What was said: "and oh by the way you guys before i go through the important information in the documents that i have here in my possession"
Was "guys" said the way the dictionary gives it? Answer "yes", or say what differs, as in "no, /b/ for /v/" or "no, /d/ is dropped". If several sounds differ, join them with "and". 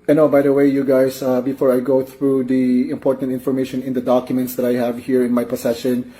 no, /s/ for /z/